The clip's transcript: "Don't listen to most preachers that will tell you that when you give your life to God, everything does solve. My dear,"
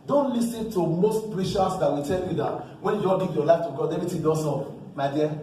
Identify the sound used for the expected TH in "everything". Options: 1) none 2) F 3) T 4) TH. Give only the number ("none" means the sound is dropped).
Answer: 3